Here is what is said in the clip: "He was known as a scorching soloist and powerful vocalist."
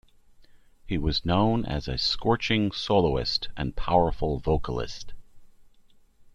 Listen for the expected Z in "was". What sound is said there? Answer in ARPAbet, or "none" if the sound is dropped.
Z